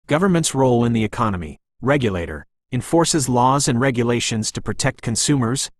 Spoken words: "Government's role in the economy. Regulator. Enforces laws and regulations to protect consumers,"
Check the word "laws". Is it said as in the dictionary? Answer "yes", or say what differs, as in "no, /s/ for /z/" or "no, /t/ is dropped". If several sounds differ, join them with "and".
yes